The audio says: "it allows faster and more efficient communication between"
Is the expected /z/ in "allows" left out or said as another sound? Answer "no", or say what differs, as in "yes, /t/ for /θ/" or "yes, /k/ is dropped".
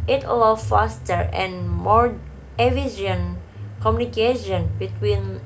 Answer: yes, /z/ is dropped